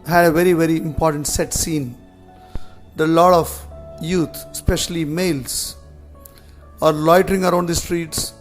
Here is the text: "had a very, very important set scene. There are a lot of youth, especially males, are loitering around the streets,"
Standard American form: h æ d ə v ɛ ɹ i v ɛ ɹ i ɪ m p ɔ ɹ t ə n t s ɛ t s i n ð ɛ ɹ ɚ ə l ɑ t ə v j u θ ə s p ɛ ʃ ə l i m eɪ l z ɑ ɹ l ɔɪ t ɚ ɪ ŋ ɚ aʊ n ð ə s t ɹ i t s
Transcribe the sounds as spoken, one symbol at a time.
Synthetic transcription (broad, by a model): h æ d ə v ɛ ɹ i v ɛ ɹ i ɪ m p ɔ ɹ t ə n t s ɛ t s i n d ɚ ə l ɑ t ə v j u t s p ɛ ʃ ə l i m eɪ l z ɑ ɹ l ɔɪ t ɚ ɪ ŋ ɚ aʊ n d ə s t ɹ i t s